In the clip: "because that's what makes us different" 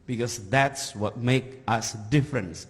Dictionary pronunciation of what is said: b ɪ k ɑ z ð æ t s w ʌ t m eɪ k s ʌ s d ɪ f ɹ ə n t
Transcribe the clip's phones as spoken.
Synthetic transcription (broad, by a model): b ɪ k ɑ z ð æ t s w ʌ t m eɪ k ʌ s d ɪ f ɹ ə n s